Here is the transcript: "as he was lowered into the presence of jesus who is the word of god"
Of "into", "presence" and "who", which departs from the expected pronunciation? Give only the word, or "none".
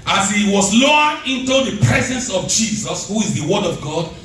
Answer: none